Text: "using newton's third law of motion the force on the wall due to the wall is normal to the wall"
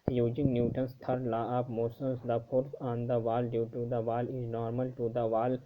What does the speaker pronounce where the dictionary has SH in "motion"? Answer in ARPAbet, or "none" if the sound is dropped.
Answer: S